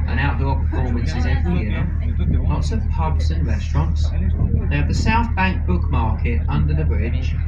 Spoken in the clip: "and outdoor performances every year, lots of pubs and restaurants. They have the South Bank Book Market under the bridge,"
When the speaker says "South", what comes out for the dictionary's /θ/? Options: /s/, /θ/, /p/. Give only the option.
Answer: /θ/